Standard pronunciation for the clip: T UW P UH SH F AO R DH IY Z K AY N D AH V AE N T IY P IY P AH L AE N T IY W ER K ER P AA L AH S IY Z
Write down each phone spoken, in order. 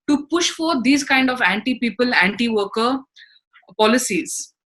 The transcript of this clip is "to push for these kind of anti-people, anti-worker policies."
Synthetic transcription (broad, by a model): T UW P UH SH F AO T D IY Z K AY N D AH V AE N T IY P IY P AH L AE N T IY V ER K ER P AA L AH S IY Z